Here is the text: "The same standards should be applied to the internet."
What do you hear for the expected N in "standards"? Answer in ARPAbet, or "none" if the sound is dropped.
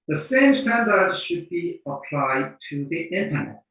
N